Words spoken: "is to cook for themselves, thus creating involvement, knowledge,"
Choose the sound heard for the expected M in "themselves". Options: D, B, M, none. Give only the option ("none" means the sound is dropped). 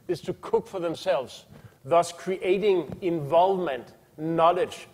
M